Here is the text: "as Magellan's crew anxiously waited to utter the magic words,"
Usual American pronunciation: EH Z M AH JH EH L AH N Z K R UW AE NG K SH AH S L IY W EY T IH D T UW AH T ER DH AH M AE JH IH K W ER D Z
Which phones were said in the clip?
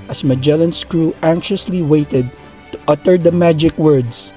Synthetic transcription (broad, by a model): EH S M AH JH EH L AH N S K R UW AE NG K SH AH S L IY W EY T IH D T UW AH T ER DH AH M AE JH IH K W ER D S